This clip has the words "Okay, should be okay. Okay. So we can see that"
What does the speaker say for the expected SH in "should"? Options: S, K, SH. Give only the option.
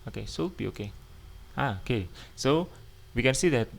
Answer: S